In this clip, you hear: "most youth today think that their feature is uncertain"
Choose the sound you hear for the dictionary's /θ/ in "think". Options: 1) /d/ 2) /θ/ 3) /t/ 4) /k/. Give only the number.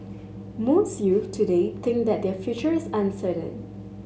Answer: 3